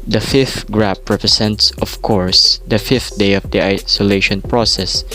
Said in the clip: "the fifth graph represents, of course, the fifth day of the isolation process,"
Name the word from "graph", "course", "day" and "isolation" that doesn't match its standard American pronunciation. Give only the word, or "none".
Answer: graph